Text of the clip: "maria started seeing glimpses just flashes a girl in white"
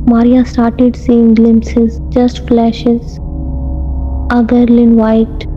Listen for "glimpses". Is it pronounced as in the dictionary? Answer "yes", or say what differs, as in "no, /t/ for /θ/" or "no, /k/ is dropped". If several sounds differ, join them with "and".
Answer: yes